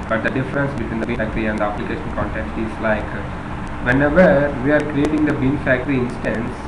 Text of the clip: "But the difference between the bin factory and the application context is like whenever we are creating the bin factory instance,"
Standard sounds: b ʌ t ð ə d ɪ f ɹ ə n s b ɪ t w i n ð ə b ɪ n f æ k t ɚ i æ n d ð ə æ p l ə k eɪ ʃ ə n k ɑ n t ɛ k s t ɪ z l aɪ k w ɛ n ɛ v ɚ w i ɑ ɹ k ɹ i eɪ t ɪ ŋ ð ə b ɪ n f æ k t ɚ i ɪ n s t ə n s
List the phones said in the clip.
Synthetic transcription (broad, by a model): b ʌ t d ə d ɪ f ɹ ə n s b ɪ t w i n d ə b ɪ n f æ k t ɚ i æ n d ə æ p l ə k eɪ ʃ ə n k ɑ n t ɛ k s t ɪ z l aɪ k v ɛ n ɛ v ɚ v i ɑ ɹ k ɹ i eɪ t ɪ ŋ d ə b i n f æ k t ɚ i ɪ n s t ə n s